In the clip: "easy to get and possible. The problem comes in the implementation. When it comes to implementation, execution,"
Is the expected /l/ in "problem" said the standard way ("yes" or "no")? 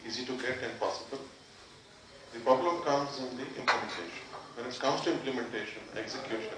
yes